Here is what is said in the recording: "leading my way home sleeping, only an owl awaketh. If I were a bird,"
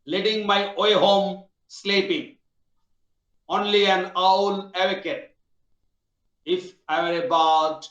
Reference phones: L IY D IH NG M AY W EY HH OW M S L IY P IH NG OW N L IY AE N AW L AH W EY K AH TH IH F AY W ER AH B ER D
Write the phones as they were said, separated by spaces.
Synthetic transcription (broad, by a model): L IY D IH NG M AY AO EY HH OW M S L IY P IH NG OW N L IY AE N AW L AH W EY K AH T IH F AY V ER AH B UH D